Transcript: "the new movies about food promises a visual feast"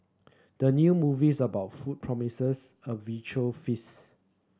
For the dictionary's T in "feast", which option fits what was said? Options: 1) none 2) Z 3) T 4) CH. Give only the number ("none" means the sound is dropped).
1